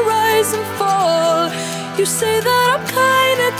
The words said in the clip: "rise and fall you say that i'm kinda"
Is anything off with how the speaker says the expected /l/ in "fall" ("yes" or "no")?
no